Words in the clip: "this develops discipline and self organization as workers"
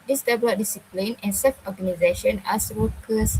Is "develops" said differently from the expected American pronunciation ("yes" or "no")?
yes